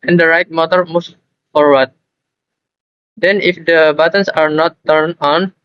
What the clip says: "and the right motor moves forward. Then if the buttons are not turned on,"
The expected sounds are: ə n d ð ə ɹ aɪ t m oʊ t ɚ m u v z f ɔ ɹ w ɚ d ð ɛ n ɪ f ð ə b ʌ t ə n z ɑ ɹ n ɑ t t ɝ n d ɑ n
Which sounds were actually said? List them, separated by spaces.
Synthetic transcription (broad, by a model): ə n d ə ɹ aɪ t m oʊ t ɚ m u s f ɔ ɹ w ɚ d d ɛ n ɪ f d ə b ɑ t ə n s ɑ ɹ n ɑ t t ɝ n ɑ n